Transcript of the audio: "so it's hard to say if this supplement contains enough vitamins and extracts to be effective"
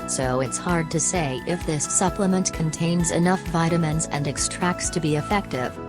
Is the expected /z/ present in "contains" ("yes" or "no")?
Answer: yes